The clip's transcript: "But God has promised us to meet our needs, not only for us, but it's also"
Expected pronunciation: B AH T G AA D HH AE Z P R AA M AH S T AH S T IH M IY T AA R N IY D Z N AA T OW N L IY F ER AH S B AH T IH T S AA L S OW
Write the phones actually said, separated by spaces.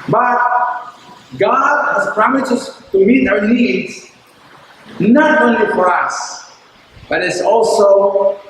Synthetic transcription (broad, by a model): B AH T G AA D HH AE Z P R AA M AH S AH S T IH M IY T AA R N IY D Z N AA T OW N L IY F ER AH S B AH T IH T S AA L S OW